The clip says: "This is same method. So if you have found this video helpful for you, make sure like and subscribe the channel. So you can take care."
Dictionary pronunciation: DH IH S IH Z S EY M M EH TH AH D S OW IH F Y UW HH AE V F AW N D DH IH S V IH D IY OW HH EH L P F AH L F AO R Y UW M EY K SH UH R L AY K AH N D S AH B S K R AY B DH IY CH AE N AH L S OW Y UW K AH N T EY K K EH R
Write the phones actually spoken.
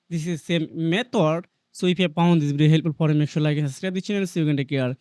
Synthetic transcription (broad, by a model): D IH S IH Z S EY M M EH T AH D S OW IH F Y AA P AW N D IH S B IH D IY HH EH L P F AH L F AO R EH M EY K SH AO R L AY K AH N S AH S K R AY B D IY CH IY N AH N S OW Y UW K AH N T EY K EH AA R